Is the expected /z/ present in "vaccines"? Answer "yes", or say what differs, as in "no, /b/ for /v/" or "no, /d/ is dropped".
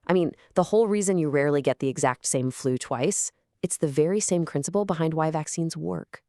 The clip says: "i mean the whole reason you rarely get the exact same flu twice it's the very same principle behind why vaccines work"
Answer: yes